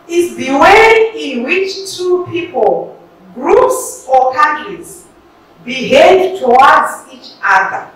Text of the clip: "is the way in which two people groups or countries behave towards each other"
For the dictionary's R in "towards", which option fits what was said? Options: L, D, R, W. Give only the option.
W